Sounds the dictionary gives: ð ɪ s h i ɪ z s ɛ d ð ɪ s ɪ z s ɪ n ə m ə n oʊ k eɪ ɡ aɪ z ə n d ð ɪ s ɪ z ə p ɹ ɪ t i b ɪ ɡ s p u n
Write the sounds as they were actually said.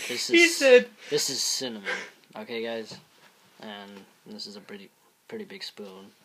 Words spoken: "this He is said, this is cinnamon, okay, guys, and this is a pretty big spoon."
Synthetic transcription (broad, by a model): ð ɪ s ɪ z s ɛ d ð ɪ s ɪ z s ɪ n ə m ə oʊ k eɪ ɡ aɪ z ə n ð ɪ s ɪ z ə p ɹ ɪ t i b ɪ ɡ s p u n